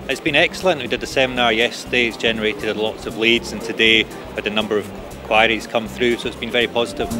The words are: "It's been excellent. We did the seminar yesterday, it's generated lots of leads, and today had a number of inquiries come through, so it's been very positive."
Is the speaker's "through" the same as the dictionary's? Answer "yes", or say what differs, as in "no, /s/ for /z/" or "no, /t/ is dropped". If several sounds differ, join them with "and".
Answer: yes